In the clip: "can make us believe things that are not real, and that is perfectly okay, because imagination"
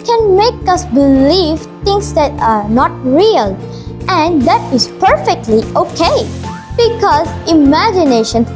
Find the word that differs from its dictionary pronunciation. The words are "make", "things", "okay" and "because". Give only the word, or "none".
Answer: things